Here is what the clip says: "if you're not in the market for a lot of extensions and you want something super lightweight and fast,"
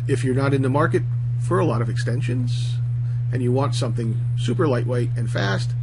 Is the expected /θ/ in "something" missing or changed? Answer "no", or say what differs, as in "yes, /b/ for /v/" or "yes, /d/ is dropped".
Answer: no